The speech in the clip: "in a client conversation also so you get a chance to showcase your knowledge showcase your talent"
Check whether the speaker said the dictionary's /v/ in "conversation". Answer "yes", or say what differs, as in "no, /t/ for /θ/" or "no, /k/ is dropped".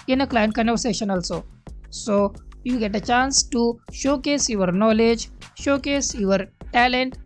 no, /v/ is dropped